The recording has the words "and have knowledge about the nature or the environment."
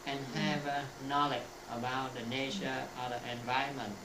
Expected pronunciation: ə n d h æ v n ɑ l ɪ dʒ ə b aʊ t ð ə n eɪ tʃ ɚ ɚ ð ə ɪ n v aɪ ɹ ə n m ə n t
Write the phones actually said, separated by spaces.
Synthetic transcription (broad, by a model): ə n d h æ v n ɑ l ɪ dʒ ə b aʊ t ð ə n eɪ ʃ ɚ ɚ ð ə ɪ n v aɪ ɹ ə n m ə n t